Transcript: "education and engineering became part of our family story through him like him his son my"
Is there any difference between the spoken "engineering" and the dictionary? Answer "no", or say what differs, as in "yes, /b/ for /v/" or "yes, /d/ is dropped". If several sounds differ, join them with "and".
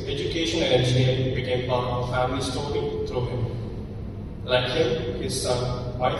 yes, /ɹ/ is dropped